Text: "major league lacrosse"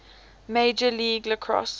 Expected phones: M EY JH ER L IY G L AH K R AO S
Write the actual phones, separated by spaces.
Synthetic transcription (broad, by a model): M EY JH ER L IY G L AH K R AO S